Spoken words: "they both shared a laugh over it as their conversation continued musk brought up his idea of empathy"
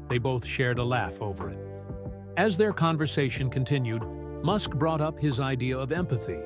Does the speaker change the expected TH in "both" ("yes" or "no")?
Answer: no